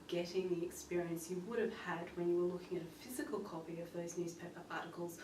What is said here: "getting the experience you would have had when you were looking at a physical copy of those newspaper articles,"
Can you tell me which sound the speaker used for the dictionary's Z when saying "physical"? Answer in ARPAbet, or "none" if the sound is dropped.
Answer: Z